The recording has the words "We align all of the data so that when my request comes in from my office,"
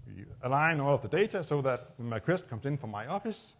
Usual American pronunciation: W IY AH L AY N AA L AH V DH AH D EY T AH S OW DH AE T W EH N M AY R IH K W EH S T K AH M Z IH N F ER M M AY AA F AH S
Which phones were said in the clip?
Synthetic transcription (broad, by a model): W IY AH L AY N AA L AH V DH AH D EY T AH S OW DH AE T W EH N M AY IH K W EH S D K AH M S IH N F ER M M AY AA F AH S